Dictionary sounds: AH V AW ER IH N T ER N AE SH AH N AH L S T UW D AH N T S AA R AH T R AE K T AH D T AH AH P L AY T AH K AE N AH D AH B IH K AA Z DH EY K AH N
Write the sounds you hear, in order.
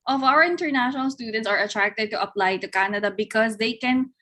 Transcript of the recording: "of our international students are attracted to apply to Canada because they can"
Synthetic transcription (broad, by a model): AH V AW ER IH N T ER N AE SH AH N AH L S T UW D AH N T S AA R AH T R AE K T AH D T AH AH P L AY T AH K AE N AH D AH B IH K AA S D EY K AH N